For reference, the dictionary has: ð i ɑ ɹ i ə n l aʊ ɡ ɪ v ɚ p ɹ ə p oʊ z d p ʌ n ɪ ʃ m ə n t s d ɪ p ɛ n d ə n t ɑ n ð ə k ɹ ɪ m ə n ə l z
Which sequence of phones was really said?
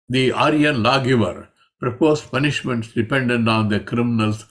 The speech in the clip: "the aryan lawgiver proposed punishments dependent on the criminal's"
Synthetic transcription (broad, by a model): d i ɑ ɹ i ə n l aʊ ɡ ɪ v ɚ p ɹ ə p oʊ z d p ʌ n ɪ ʃ m ə n t s d ɪ p ɛ n d ə n t ɑ n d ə k ɹ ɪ m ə n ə l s